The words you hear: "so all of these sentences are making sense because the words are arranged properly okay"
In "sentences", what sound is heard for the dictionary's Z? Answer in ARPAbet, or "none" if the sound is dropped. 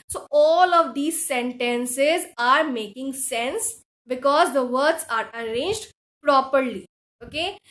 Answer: Z